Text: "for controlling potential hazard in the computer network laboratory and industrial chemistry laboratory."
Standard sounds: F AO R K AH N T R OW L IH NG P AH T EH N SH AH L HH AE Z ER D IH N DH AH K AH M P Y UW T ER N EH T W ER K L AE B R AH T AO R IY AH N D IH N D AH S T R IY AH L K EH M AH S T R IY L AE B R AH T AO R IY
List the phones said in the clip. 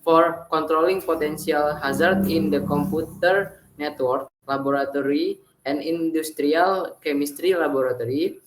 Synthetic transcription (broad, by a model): F AO R K AH N T R OW L IH NG P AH T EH N S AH L HH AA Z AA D IH N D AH K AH M P UW T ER N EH T W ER K L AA B R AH T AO R IY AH N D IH N D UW S T R IY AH L K EH M AH S T R IY L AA B R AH T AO R IY